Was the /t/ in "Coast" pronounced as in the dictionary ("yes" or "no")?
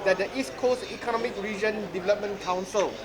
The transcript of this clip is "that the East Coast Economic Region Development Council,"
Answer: no